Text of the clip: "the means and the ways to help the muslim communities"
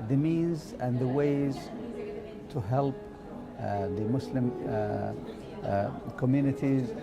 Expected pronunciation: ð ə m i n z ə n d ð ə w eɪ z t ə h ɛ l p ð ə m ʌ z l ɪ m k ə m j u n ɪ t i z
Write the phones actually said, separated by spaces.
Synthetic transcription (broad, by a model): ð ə m i n z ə n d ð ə w eɪ z t ə h ɛ l p ð ə m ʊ s l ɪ m k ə m j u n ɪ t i z